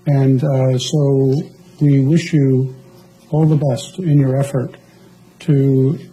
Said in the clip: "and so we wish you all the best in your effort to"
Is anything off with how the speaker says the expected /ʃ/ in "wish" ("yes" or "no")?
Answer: no